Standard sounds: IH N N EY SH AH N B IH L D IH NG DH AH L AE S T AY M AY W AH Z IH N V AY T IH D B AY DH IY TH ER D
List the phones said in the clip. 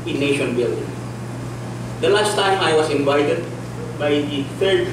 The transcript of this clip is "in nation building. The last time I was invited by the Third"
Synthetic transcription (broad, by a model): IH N N EY SH AH N B IH L D IH NG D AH L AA S T AY M AY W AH S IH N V AY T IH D B AY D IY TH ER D